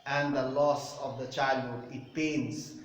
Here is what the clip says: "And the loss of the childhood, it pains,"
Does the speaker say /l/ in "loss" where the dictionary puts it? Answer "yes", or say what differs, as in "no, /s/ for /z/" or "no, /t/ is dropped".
yes